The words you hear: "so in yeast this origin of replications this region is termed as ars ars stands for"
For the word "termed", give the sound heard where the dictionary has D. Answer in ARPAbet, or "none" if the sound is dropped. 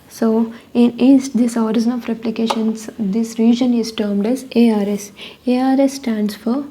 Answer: D